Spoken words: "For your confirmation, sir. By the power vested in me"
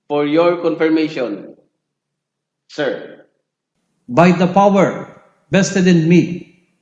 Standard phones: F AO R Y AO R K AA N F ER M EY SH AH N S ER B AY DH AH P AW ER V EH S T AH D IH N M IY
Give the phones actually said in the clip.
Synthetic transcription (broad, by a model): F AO R Y AO R K AA N F ER M EY SH AH N S ER B AY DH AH P AW ER B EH S T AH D IH N M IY